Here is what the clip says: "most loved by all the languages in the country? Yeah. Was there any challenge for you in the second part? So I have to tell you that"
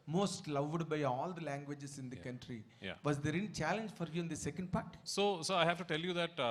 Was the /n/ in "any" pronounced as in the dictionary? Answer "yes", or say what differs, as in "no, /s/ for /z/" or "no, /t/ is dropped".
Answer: no, /l/ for /n/